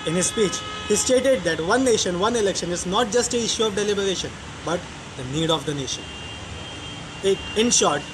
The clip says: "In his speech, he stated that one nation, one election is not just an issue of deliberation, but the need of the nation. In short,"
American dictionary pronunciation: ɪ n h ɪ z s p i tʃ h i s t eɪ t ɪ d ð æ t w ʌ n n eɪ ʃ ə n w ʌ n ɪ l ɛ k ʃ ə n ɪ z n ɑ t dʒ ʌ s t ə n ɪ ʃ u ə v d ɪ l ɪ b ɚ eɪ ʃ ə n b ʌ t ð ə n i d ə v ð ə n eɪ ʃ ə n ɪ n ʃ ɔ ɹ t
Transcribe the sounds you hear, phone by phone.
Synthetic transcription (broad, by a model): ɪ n h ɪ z s p i tʃ h i s t eɪ t ɪ d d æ t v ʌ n n eɪ ʃ ə n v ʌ n ɪ l ɛ k ʃ ə n ɪ z n ɑ t dʒ ʌ s t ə ɪ ʃ u ə v d ɪ l ɪ b ɚ eɪ ʃ ə n b ʌ t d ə n i d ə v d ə n eɪ ʃ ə n ɪ n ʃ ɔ ɹ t